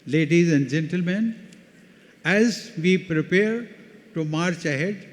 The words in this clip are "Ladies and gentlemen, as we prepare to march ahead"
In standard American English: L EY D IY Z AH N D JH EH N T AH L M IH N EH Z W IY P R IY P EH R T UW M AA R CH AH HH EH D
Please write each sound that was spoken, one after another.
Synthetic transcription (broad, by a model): L EY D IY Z AH N D JH EH N T AH L M IH N EH Z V IY P R IY P EH R T UW M AA R CH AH HH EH D